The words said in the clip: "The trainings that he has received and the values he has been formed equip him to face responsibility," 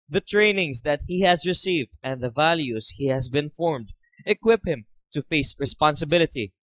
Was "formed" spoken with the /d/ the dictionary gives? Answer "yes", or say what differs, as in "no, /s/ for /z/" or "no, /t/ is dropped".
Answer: yes